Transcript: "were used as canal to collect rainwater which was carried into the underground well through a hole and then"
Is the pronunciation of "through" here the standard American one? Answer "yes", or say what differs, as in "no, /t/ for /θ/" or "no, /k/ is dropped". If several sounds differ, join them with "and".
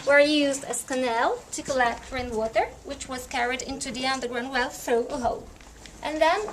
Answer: yes